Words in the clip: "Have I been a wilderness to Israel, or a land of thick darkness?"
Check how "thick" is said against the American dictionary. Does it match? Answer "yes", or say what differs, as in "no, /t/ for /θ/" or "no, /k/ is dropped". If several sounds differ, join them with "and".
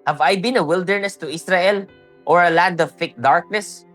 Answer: no, /f/ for /θ/